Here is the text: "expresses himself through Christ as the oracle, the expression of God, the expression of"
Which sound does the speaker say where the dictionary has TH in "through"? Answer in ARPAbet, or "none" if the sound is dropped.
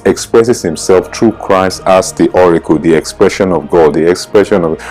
T